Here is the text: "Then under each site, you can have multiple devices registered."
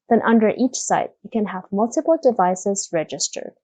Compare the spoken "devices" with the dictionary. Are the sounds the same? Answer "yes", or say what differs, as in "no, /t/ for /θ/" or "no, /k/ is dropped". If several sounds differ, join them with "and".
yes